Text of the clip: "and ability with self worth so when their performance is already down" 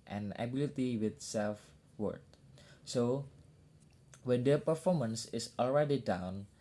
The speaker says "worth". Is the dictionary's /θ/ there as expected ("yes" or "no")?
no